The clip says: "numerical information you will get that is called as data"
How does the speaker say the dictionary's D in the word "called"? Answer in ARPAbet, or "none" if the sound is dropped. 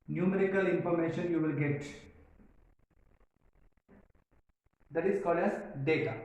none